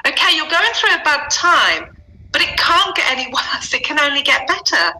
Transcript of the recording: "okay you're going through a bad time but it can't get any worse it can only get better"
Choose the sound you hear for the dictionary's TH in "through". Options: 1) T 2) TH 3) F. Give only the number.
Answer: 2